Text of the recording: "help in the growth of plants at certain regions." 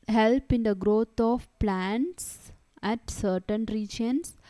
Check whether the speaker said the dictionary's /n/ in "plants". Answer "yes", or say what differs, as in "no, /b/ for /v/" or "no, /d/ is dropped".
yes